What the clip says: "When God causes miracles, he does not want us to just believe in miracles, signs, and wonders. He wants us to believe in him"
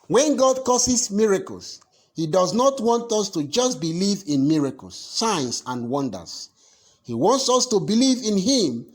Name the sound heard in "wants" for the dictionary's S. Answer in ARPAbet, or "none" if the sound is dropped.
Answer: S